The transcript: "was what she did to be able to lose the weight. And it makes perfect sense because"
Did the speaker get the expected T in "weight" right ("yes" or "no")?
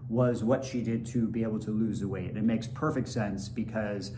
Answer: no